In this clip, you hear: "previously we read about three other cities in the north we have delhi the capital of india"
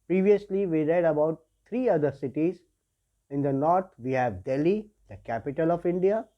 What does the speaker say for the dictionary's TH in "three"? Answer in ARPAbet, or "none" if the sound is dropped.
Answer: T